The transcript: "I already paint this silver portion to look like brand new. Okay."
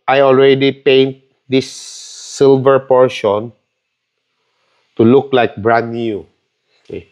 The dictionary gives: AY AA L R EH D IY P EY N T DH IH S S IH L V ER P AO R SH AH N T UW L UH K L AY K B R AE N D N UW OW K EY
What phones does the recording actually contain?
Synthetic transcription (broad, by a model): AY AA L R EH D IY P EY N T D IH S S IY L V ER P AO R SH AH N T UW L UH K L AY K B R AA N N UW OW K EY